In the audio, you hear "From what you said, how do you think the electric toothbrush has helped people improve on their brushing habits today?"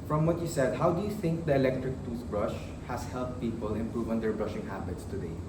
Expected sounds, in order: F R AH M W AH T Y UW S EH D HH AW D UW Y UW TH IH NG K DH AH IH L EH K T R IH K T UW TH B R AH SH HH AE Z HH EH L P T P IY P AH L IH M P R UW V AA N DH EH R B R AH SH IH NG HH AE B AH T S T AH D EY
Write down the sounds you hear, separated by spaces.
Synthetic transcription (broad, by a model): F R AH M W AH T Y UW S EH D HH AW D UW Y UW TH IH NG K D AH IH L EH K T R IH K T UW S B R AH SH HH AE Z HH EH L P T P IY P AH L IH M P R UW V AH N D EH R B R AH SH IH NG HH AE B AH T S T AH D EY